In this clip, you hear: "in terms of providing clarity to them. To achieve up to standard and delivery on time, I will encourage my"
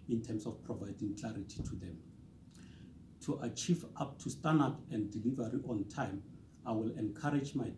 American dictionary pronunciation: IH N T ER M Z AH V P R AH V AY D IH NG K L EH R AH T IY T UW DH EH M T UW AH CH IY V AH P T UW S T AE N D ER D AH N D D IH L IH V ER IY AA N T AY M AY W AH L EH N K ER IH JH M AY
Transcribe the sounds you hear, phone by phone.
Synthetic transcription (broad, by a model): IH N T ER M S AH F P R AH V AY D IH NG K L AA R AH T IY T UW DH EH M T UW AH CH IY V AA P T UW S T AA N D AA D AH N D D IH L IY V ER IY AA N T AY M AY W AH L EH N K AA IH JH M AY